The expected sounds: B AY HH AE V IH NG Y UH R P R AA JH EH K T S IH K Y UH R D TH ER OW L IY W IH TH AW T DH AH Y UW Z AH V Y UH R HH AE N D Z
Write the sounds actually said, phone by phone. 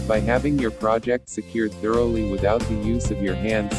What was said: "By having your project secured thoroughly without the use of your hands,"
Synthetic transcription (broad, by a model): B AY HH AE V IH NG Y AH R P R AA JH EH K T S IH K Y UH R D TH ER OW L IY W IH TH AW T DH AH Y UW Z AH V Y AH R HH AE N D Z